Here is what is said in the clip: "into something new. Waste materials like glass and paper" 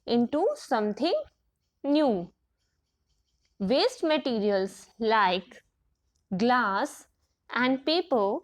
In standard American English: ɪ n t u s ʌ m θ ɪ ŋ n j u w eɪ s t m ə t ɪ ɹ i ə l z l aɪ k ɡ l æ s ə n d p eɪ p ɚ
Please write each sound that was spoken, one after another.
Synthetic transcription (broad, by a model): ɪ n t u s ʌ m t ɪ ŋ n j u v eɪ s t m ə t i ɹ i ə l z l aɪ k ɡ l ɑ s ə n d p eɪ p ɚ